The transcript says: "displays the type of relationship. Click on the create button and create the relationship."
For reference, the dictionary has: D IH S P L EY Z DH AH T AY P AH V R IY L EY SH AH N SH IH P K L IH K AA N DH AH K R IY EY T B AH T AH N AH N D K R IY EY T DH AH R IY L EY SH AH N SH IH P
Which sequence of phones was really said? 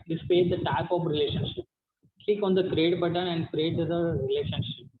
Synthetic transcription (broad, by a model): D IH S P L EY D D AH T AY P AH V R IY L EY SH AH N SH IH P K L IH K AA N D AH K R EY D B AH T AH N AH N D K R EY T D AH R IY L EY SH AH N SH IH P